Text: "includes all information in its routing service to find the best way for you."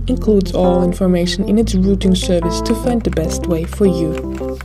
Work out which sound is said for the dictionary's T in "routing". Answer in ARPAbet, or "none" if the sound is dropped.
T